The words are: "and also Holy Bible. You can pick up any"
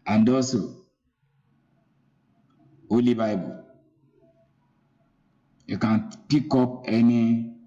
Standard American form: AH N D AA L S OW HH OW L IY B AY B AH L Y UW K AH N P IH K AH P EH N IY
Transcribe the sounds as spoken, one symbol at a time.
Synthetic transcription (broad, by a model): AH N D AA S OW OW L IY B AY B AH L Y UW K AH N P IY K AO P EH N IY